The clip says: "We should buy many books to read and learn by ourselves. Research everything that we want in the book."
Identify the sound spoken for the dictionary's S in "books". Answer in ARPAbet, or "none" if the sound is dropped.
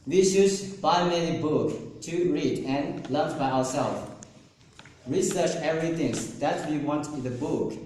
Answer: none